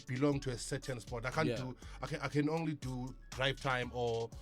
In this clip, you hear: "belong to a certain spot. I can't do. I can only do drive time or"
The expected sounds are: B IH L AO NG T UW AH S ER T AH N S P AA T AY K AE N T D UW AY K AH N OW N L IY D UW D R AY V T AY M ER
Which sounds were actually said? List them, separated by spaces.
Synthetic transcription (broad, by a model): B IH L AO NG T UW AH S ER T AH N S P AA T AY K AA N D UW AY K AH N OW N L IY D UW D R AY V T AY M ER